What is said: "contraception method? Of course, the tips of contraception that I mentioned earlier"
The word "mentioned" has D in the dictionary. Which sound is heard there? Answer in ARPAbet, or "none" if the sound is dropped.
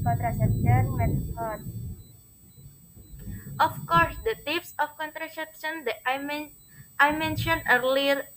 none